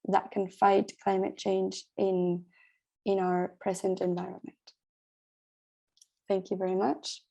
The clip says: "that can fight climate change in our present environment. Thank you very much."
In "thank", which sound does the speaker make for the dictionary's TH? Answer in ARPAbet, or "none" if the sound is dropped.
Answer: TH